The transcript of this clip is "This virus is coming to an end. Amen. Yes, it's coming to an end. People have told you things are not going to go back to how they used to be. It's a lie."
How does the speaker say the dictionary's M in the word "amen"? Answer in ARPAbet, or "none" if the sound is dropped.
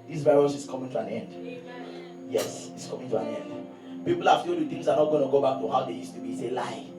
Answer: none